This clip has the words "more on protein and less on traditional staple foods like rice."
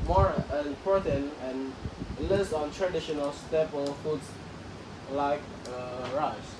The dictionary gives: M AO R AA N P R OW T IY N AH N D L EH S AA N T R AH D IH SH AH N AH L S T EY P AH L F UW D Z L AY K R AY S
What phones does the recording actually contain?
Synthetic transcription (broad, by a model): M AO R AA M P OW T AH N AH N L EH S AA N T R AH D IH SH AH N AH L S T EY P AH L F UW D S L AY K R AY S